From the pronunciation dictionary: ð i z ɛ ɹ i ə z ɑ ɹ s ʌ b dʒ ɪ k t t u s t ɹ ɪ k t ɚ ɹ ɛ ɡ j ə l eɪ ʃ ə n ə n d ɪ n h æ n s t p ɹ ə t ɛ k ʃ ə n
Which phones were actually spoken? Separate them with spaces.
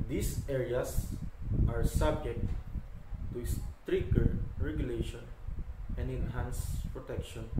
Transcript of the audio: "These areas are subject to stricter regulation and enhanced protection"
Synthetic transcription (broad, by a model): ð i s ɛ ɹ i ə s ɑ ɹ s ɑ b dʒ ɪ k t t u s t ɹ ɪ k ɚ ɹ ɛ ɡ j ə l eɪ ʃ ə n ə n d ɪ n h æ n s p ɹ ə t ɛ k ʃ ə n